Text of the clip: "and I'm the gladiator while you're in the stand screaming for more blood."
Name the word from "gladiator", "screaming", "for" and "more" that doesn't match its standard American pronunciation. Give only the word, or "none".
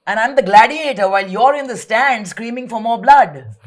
none